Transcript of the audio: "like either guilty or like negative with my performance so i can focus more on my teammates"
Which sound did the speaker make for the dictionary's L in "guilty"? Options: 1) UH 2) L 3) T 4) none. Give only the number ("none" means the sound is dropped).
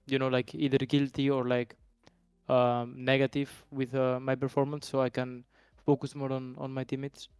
2